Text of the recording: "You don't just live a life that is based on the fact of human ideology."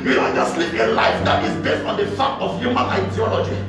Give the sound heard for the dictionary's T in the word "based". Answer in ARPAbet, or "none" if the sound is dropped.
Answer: T